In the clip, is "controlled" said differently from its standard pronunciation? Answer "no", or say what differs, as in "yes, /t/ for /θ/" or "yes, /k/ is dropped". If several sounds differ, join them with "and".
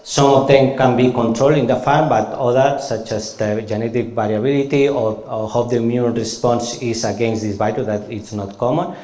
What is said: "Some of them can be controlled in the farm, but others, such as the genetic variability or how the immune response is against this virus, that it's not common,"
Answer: no